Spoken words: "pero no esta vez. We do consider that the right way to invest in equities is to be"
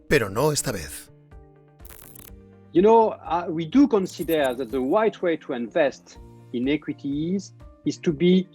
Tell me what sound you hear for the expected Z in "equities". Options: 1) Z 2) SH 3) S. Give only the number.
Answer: 1